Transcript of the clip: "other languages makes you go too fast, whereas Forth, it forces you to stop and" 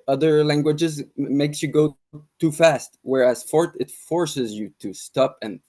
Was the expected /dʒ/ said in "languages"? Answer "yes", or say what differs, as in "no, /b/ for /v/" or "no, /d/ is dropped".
yes